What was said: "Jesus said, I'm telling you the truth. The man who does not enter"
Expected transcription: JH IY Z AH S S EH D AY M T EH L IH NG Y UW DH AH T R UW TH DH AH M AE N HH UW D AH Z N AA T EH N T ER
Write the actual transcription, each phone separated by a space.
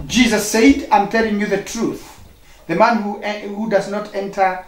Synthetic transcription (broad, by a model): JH IY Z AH S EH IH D AY M T EH L IH NG Y UW DH AH T R UW TH DH AH M AE N HH UW D AH Z N AA T EH N T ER